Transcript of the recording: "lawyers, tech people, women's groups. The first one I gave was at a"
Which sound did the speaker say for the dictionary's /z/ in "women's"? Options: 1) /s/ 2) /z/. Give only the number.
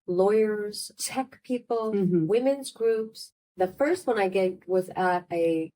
2